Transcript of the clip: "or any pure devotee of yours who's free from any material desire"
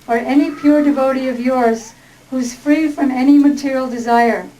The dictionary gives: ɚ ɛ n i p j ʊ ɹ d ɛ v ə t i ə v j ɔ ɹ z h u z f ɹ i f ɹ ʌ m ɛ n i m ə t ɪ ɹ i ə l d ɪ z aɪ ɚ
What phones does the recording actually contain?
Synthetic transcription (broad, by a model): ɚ ɛ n i p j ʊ ɹ d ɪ v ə t i ə v j ɔ ɹ z h u z f ɹ i f ɹ ʌ m ɛ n i m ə t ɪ ɹ i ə l d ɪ z aɪ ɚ